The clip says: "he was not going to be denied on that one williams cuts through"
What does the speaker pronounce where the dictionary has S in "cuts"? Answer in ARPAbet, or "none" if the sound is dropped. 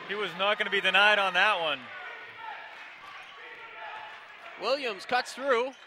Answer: none